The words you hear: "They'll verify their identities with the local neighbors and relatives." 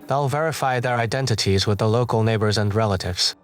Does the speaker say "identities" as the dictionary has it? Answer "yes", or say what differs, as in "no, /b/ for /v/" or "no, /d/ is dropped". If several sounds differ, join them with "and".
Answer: yes